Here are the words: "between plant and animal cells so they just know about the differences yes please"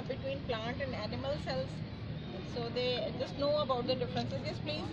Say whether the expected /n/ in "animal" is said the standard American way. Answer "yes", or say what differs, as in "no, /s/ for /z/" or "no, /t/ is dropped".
yes